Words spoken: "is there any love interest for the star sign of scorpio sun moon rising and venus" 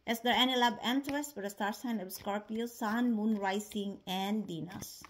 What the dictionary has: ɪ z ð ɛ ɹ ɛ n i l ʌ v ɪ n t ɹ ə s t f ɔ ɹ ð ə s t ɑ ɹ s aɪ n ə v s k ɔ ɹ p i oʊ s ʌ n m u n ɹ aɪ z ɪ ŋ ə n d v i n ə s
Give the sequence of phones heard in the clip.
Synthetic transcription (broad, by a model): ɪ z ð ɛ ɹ ɛ n i l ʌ b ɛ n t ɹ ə s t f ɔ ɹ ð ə s t ɑ ɹ s aɪ n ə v s k ɔ ɹ p i oʊ s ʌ n m u n ɹ aɪ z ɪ ŋ ə n d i n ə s